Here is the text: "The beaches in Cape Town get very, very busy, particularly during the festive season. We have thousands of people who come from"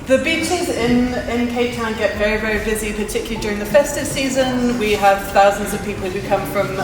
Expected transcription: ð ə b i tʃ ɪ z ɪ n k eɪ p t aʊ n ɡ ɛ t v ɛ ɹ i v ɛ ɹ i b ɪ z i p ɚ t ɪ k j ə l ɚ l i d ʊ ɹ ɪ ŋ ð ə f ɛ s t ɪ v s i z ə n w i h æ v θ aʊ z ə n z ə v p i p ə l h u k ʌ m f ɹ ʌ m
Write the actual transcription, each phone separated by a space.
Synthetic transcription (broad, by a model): ð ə b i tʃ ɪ z ɪ n k eɪ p t aʊ n ɡ ɛ t v ɛ ɹ i v ɛ ɹ i b ɪ z i p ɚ t ɪ k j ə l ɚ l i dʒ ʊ ɹ ɪ ŋ ð ə f ɛ s t ɪ v s i z ə n w i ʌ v θ aʊ z ə n z ə v p i p ə l h u k ʌ m f ɹ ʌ m